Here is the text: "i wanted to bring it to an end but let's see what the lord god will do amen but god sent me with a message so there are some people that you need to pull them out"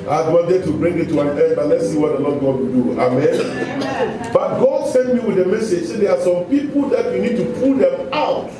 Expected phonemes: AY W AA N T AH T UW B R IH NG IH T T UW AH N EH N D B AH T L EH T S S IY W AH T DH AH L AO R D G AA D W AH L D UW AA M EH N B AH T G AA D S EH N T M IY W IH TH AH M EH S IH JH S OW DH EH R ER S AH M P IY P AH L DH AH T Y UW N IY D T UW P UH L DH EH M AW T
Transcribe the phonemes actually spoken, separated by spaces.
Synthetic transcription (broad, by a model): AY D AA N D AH T UW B R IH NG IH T T UW AH N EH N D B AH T L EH T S S IY W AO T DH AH L AO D G AA D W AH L D UW AA M EH N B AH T G AA D S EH N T M IY W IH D AH M EH S IH JH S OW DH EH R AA S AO M P IY P AH L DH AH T Y UW N IY D T UW P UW L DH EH M AW T